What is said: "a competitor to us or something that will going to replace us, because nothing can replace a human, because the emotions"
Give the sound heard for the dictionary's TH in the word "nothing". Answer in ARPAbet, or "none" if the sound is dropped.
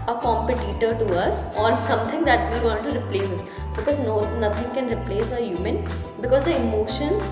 T